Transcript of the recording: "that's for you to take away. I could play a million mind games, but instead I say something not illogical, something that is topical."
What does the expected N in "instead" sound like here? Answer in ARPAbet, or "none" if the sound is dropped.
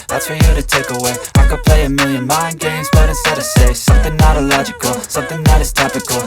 none